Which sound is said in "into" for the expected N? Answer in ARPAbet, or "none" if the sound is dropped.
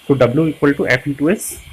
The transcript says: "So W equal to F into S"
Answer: none